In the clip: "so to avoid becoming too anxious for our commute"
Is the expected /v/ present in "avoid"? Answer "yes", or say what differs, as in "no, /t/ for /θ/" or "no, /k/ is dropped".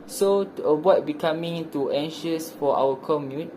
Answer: no, /b/ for /v/